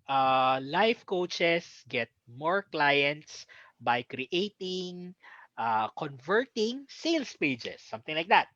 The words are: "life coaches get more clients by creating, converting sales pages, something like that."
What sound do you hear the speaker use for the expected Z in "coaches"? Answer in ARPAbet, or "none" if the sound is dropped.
S